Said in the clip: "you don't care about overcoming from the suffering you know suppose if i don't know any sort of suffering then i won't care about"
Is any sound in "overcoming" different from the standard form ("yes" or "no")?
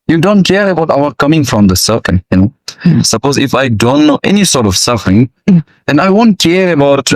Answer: yes